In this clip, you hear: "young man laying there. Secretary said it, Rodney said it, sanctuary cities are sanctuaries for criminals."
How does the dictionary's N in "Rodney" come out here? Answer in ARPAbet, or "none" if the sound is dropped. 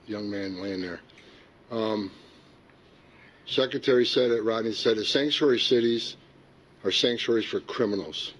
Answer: none